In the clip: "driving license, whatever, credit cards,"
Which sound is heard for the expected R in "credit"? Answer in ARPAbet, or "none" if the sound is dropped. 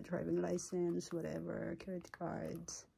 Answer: none